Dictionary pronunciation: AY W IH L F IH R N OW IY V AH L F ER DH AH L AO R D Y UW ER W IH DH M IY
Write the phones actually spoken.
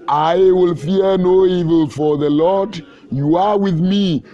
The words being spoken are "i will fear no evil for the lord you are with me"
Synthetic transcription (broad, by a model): AY W IH L F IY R N OW IY V AH L F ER DH AH L AO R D Y UW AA W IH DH M IY